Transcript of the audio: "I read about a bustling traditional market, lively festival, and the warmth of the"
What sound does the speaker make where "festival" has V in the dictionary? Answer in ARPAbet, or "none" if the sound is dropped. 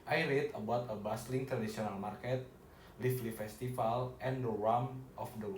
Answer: F